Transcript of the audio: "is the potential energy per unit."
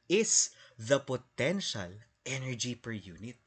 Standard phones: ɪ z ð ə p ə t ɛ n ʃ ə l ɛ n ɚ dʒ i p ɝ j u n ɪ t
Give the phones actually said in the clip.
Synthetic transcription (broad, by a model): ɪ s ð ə p ə t ɛ n ʃ ə l ɛ n ɚ dʒ i p ɝ j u n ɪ t